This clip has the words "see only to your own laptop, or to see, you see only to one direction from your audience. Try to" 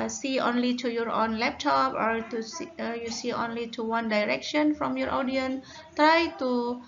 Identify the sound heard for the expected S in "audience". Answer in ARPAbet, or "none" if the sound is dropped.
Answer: none